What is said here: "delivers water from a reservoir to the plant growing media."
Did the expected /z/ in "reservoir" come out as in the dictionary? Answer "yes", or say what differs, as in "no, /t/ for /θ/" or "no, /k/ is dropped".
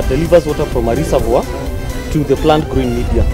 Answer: no, /s/ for /z/